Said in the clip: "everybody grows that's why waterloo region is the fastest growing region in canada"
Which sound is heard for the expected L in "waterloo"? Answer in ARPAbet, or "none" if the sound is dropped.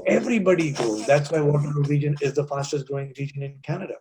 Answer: none